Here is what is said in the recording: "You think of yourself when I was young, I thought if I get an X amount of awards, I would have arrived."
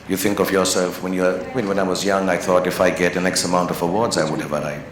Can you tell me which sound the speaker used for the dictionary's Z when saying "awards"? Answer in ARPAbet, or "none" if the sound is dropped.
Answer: Z